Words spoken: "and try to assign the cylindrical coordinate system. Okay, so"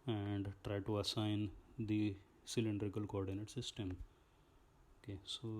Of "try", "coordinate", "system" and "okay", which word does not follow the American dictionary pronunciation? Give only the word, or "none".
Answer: none